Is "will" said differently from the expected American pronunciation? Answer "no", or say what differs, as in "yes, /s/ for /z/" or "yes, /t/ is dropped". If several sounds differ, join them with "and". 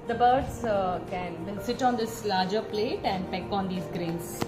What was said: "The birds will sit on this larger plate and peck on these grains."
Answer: yes, /n/ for /l/